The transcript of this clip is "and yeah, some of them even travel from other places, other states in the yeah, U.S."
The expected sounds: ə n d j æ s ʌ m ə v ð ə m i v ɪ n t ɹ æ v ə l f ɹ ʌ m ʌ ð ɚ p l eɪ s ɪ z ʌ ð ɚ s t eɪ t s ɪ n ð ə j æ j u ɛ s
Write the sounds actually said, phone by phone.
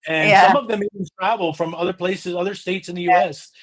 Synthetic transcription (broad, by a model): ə n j s ʌ m ə v ð ə m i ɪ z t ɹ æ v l f ɹ ʌ m ʌ ð ɚ p l eɪ s ɪ z ʌ ð ɚ s t eɪ t s ɪ n ð ə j j u ɛ s